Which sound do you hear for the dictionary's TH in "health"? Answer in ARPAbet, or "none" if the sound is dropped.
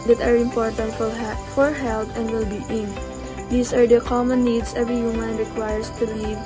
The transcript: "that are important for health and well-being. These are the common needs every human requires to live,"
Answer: T